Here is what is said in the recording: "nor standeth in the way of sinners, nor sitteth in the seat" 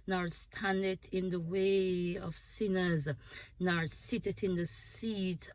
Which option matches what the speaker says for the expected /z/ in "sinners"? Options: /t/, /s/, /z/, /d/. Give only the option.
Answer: /z/